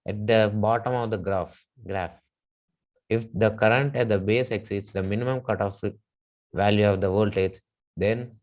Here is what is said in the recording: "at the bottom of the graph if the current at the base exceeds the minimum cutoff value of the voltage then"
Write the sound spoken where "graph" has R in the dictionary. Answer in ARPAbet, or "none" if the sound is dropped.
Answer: R